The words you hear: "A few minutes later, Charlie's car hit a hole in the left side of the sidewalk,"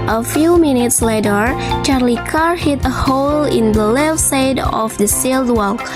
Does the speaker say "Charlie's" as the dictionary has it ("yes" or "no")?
no